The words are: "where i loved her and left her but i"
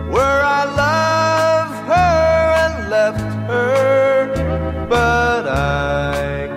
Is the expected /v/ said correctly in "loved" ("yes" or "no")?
yes